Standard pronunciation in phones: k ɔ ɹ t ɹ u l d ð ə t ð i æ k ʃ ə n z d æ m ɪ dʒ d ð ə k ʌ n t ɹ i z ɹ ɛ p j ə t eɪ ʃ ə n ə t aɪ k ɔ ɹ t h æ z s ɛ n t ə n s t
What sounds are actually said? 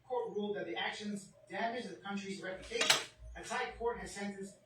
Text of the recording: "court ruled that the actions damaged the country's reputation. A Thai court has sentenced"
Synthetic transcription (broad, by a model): k ɔ ɹ t ɹ u l d ð ə t ð i æ k ʃ ə n z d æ m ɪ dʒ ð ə k ʌ n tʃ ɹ i z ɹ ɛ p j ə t eɪ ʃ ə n ə s aɪ k ɔ ɹ t h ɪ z s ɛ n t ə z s